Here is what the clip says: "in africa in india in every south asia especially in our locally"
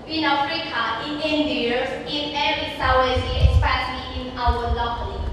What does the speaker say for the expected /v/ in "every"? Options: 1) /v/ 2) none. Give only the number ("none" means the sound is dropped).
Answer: 2